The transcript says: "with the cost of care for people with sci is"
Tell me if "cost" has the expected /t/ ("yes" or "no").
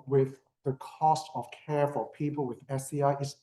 yes